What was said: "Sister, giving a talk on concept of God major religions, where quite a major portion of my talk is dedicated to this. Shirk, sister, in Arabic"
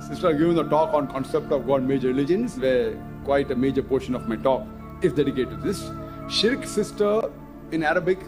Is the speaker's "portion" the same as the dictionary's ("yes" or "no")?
yes